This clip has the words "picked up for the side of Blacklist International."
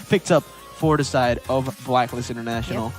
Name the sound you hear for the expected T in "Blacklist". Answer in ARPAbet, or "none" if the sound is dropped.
none